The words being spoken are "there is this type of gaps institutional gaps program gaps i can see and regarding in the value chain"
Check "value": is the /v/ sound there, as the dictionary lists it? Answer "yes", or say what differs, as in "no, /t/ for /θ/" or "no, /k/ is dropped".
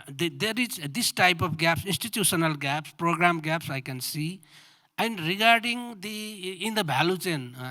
no, /b/ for /v/